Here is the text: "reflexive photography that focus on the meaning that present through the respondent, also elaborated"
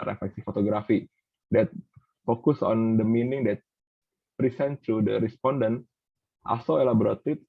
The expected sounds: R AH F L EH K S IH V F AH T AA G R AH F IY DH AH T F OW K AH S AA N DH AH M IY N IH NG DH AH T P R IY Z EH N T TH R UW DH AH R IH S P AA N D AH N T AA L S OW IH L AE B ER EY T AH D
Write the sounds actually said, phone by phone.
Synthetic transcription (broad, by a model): R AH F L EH K S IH F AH T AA G R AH F IY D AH T F OW K AH S AA N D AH M IY N IH NG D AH T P R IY S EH N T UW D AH R IH S P AA N D AH N T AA S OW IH L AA B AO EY T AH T